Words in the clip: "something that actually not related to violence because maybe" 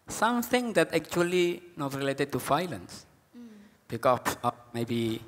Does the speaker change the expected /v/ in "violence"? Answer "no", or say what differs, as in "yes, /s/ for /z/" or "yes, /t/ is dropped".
yes, /f/ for /v/